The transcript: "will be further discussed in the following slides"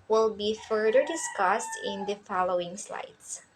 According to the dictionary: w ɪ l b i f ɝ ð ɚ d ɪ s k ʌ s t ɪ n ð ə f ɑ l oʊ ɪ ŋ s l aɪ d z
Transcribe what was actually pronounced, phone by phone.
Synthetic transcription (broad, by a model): w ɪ l b i f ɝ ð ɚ d ɪ s k ʌ s t ɪ n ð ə f ɑ l oʊ ɪ ŋ s l aɪ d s